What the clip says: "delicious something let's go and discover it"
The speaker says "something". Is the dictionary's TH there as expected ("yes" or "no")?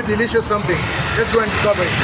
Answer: no